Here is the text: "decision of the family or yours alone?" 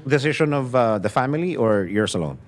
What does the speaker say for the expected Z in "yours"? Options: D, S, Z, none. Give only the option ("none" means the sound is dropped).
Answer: S